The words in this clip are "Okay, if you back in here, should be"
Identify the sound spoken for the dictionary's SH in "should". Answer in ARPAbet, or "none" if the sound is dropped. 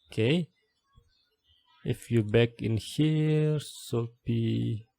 S